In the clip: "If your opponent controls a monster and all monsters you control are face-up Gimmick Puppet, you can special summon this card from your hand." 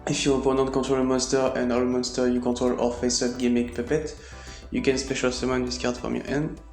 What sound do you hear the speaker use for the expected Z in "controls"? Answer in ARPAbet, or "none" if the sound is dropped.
none